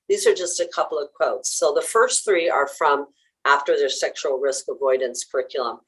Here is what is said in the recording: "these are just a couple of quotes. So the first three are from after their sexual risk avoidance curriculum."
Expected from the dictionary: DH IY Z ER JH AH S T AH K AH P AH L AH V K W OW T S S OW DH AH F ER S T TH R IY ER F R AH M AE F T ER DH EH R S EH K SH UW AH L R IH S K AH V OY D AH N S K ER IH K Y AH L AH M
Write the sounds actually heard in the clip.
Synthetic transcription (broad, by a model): DH IY Z ER JH AH S T AH K AH P L AH V K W OW T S S OW DH AH F ER S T TH R IY ER F R AH M AE F T ER DH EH R S EH K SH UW L R IH S K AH V OY D N S K ER IH K Y L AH M